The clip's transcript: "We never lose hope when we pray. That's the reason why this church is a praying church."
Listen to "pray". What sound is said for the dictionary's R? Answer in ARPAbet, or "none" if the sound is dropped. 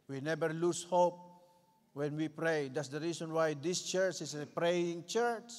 R